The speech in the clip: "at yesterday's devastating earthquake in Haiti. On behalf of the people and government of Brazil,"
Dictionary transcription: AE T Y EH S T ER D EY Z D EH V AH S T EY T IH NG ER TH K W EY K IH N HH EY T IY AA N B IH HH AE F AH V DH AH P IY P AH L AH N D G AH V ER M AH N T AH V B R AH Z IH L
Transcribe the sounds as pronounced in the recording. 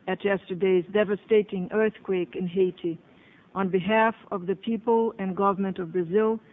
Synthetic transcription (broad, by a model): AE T Y EH S T ER D EY Z D EH V AH S T EY T IH NG ER TH K W EY K IH N HH EY T IY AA N B IH HH AE F AH V DH AH P IY P AH L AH N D G AH V ER M AH N T AH V B R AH Z IH L